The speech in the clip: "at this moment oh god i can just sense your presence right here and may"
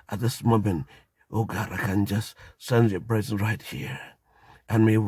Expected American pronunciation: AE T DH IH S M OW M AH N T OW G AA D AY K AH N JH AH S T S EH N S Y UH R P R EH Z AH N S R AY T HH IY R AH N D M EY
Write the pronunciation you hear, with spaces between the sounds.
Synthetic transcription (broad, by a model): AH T DH IH S M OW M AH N T OW G AA D AY K AH N JH AH S T S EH N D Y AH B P R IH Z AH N R AY T HH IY R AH N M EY